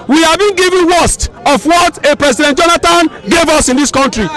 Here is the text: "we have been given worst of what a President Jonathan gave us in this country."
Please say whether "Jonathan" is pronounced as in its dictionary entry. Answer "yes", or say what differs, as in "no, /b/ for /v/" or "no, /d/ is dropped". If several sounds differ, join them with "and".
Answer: no, /t/ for /θ/